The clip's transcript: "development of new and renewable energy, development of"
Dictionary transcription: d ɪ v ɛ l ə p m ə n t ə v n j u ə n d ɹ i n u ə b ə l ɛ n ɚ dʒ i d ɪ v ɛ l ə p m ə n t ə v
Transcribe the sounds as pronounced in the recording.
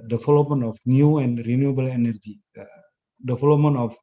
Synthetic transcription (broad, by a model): d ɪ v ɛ l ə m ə n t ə f n j u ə n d ɹ i n u ə b ə l ɛ n ɚ dʒ i d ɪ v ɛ l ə m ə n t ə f